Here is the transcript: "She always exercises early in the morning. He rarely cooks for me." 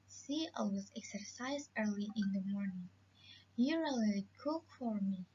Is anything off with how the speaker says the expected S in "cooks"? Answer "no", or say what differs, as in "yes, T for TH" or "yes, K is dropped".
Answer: yes, S is dropped